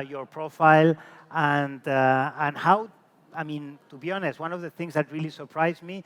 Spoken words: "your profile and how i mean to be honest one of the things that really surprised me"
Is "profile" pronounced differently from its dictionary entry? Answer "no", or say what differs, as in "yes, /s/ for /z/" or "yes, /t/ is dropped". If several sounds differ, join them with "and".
no